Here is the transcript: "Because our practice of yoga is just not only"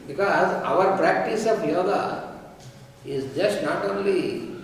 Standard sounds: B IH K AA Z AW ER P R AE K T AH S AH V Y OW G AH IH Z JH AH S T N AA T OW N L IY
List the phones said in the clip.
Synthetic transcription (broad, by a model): B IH K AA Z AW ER P R AE K T AH S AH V Y OW G AH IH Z JH AH S T N AA T OW N L IY